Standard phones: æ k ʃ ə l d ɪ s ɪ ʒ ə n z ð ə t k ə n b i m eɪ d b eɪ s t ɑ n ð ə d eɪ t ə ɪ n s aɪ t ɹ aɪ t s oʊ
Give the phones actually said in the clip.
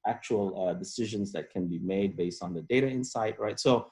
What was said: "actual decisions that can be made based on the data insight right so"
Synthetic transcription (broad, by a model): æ k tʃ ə l d ɪ s ɪ ʒ ə n z ð ə t k ə n b i m eɪ d b eɪ s t n ð ə d eɪ t ə ɪ n s aɪ t ɹ aɪ t s oʊ